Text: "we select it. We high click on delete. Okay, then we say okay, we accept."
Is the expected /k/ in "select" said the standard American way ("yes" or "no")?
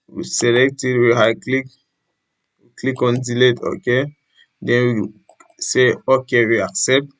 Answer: yes